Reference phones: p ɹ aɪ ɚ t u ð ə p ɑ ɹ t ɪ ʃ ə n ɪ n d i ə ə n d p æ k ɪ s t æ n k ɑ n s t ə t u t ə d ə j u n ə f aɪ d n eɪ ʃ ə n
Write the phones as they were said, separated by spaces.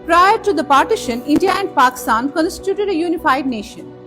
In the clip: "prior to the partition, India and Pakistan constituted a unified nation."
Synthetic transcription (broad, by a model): p ɹ aɪ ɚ t u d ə p ɑ ɹ t ɪ ʃ ə n ɪ n d i ə ə n d p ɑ k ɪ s t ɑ n k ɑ n s t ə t u t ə d ə j u n ə f aɪ d n eɪ ʃ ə n